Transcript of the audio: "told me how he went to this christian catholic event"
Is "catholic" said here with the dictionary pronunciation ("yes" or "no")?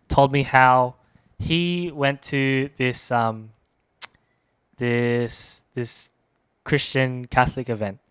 yes